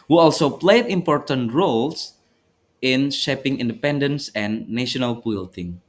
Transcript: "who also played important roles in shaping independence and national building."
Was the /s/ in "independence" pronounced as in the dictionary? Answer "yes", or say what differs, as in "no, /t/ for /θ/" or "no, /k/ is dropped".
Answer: yes